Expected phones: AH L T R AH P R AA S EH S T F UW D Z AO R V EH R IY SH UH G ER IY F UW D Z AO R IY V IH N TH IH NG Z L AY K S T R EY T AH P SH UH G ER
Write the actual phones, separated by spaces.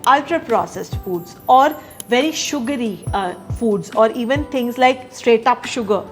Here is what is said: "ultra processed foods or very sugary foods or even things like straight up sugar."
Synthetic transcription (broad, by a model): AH L T R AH P R AA S EH S T F UW D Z AO R V EH R IY SH UH G ER IY F UW D Z AO R IY V IH N T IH NG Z L AY K S T R EY T AH P SH UH G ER